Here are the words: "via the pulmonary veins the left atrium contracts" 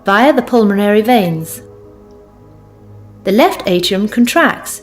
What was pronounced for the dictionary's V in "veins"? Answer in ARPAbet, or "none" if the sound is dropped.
V